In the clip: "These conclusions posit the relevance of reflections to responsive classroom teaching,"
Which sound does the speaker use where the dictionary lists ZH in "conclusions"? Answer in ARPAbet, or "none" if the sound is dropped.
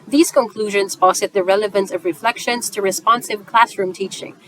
ZH